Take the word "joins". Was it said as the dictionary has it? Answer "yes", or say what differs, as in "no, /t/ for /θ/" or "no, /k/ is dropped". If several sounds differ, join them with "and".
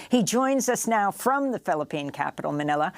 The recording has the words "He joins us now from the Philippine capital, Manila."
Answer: yes